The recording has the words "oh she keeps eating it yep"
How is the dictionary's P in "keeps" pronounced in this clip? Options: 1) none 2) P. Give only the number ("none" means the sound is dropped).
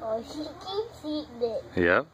1